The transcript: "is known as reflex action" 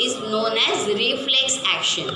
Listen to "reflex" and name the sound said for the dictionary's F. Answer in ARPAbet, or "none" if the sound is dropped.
F